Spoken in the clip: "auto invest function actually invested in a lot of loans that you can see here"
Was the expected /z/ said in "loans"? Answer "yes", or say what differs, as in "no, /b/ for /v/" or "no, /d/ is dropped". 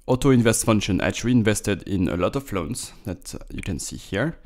no, /s/ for /z/